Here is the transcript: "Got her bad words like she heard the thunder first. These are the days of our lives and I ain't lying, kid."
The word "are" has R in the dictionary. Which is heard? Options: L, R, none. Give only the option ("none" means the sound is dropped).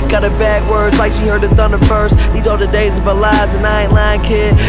L